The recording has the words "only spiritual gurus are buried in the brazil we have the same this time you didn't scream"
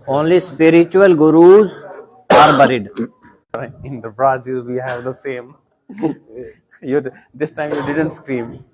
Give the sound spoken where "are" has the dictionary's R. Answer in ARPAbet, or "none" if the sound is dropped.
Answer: R